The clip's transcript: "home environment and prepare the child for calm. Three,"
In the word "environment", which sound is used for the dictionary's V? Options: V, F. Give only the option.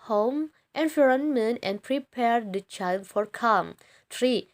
F